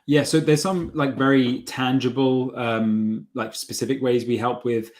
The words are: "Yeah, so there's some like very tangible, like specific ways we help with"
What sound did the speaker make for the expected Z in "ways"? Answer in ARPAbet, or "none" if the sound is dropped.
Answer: Z